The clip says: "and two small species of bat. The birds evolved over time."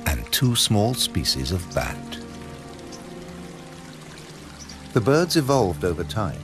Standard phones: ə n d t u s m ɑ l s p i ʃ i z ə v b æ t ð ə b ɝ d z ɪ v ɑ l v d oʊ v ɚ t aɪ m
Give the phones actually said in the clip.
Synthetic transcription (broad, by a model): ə n t u s m ɑ l s p i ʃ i z ə v b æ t ð ə b ɝ d z ɪ v ɑ l v d oʊ v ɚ t aɪ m